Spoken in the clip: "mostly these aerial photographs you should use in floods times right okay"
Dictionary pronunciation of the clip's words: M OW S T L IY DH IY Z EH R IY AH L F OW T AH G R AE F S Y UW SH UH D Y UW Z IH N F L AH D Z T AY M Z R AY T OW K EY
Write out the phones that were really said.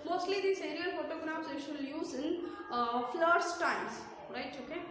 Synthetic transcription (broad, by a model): M OW S T L IY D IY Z EH R IY AH L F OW T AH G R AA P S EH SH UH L Y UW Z IH N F L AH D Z T AY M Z R AY T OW K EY